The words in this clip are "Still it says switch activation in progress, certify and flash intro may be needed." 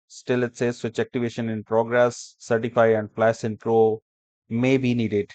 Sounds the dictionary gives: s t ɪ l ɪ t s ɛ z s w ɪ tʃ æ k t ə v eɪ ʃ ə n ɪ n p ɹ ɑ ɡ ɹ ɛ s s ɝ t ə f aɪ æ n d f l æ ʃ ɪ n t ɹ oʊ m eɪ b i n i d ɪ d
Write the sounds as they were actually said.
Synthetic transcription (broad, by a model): s t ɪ l ɪ t s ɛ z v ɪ tʃ æ k t ə v eɪ ʃ ə n ɪ n p ɹ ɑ ɡ ɹ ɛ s s ɝ t ə f aɪ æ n d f l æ s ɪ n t ɹ oʊ m eɪ b i n i d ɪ d